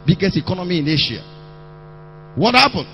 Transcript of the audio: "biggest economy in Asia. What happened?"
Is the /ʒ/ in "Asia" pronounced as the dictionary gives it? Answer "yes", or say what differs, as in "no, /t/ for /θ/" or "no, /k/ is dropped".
no, /ʃ/ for /ʒ/